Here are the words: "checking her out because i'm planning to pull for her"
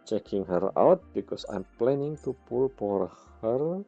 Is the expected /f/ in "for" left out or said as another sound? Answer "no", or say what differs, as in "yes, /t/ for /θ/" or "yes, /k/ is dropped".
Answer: yes, /p/ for /f/